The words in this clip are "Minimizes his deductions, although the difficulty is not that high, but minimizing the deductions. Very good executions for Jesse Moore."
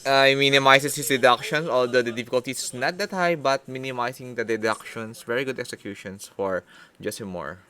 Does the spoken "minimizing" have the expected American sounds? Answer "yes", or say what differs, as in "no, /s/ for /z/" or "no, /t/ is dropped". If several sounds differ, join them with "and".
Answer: no, /s/ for /z/